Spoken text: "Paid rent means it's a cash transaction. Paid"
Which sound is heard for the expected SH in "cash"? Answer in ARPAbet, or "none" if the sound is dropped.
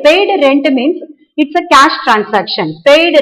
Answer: SH